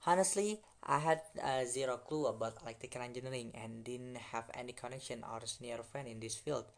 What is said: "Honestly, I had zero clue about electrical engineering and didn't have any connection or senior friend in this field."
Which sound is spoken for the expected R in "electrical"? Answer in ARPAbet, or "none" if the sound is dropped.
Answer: none